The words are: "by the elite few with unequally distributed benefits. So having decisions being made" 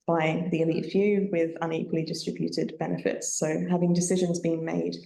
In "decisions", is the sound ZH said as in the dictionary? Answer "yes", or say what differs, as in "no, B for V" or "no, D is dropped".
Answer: yes